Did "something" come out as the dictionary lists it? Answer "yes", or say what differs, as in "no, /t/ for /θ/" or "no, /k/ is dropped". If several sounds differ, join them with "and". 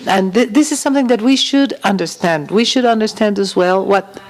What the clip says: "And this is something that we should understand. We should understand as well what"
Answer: yes